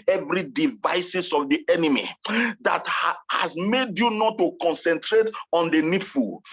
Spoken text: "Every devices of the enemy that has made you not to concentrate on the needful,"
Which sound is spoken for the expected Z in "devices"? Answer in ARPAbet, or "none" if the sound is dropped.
S